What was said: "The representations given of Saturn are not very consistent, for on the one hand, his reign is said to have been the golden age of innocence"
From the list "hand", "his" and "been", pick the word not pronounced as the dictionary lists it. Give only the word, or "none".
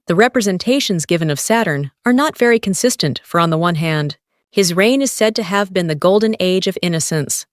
none